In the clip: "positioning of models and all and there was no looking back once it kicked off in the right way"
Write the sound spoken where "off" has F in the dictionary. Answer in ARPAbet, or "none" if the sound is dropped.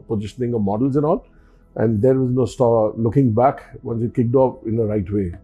P